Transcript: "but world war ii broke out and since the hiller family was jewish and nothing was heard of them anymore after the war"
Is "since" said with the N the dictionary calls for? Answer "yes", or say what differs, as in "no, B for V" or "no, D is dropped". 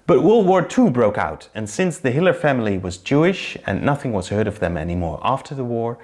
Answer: yes